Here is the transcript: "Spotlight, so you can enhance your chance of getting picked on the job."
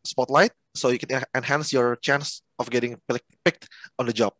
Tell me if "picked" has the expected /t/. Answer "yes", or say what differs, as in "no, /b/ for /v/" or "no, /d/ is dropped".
yes